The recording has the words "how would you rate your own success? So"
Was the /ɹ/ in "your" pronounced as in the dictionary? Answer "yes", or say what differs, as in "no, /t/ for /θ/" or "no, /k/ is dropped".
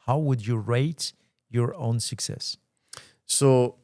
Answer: yes